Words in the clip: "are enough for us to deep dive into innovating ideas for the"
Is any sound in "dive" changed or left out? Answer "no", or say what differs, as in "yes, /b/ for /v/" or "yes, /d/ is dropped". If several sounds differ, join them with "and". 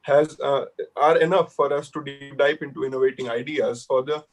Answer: yes, /p/ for /v/